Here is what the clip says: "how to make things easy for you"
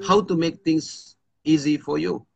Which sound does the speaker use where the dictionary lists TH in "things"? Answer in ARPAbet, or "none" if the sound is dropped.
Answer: T